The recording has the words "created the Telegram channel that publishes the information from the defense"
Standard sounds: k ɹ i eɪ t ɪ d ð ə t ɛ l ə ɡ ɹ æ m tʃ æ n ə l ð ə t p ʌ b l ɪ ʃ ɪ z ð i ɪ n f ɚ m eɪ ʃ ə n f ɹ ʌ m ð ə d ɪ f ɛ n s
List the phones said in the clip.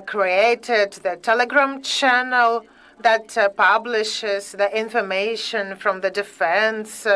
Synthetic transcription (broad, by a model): k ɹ i eɪ t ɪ d ð ə t ɛ l ə ɡ ɹ æ m tʃ æ n ə l ð ə t p ʌ b l ɪ ʃ ɪ z ð i ɪ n f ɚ m eɪ ʃ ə n f ɹ ʌ m ð ə d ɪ f ɛ n s